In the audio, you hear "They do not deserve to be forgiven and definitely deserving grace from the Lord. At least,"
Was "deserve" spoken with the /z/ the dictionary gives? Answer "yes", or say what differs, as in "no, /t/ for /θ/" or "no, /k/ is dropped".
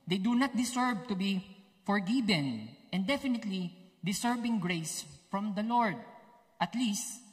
no, /s/ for /z/